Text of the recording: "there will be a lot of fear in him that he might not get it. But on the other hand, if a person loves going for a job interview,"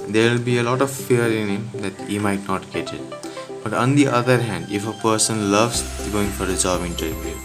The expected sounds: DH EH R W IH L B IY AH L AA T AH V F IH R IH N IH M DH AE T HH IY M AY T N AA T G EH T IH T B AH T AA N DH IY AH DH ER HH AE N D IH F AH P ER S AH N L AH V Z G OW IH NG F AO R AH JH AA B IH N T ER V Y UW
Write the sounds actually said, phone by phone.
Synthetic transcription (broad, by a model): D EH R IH L B IY AH L AA T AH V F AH R IH N IH M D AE T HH IY M AY T N AA T G EH T IH T B AH T AA N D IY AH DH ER HH AE N D IH F AH P ER S AH N L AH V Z G OW IH NG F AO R AH Z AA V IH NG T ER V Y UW